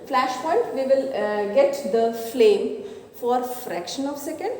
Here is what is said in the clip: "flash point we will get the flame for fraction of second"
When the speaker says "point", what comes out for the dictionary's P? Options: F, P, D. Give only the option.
F